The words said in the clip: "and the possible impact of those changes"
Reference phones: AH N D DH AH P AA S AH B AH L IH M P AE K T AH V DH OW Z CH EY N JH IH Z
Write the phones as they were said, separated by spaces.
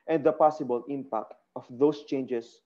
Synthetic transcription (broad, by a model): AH N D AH P AA S AH B AH L IH M P AE K T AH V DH OW S CH EY N JH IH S